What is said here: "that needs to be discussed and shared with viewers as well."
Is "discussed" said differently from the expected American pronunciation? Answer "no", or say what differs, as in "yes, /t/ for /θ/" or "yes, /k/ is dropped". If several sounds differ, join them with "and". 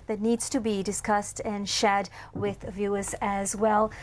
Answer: no